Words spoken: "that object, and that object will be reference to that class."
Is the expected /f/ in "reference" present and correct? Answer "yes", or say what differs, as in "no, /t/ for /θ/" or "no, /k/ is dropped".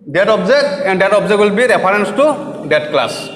no, /p/ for /f/